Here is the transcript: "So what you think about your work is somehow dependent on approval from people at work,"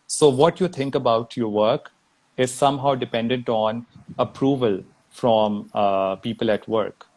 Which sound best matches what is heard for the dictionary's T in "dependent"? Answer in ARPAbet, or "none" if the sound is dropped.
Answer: T